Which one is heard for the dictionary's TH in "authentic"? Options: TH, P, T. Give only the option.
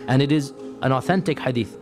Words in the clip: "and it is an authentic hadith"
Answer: TH